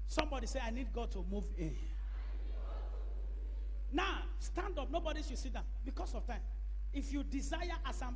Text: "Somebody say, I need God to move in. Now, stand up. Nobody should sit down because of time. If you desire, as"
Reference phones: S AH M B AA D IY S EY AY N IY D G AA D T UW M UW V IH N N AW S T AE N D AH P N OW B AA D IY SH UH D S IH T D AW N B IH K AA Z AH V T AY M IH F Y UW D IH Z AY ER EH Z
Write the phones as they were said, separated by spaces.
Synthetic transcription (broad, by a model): S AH M B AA D IY S EY AY N IY D G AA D T UW M UW V IH N N AW S T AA N D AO P N OW B AA D IY SH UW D S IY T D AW B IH K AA S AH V T AY M IH F Y UW D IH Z AY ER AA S